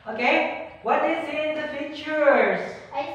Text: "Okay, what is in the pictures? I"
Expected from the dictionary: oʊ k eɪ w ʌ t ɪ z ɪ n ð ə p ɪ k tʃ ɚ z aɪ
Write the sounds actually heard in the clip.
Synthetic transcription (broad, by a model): oʊ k eɪ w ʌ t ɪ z ɪ n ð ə f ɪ tʃ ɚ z